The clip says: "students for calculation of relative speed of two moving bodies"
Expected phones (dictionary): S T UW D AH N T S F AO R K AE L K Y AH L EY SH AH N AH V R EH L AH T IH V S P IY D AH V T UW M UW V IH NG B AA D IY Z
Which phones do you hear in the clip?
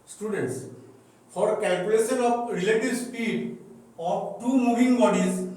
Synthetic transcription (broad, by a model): S T UW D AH N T S P AO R K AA L K Y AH L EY S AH N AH P R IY L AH T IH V S P IY D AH P T UW M UW B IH NG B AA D IY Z